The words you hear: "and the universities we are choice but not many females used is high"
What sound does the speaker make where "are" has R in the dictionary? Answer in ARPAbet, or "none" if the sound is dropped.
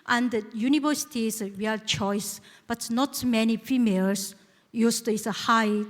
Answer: L